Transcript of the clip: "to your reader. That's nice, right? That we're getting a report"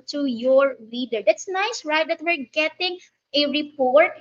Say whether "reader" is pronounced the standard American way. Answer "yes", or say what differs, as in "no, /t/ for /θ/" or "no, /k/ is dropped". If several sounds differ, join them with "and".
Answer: no, /l/ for /ɹ/